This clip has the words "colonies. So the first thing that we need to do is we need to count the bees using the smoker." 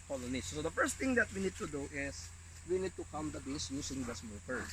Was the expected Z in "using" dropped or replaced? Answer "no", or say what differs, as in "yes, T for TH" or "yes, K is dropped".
yes, S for Z